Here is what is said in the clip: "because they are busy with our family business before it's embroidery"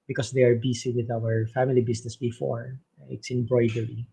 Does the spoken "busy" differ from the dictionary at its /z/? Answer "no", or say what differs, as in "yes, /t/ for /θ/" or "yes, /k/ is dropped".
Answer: yes, /s/ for /z/